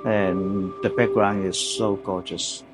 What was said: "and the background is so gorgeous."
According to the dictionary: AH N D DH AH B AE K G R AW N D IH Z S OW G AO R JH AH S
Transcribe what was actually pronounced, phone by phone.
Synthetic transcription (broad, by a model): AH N DH AH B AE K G R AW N IH Z S OW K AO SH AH S